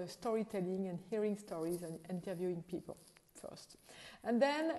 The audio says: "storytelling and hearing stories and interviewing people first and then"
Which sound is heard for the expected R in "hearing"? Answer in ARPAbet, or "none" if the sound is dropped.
R